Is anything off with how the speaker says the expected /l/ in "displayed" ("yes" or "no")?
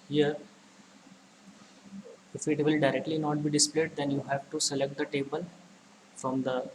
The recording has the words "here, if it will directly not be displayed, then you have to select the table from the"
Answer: no